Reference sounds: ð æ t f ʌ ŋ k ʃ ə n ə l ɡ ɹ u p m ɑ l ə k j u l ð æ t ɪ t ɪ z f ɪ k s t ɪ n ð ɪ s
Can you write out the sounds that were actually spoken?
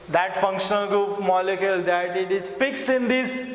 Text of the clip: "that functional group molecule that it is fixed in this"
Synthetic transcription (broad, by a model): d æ t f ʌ ŋ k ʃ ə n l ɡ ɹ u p m ɑ l ə k j u l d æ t ɪ t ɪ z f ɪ k s ɪ n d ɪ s